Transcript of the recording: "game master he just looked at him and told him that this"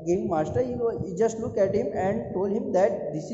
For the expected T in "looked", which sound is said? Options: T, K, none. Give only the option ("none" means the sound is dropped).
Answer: none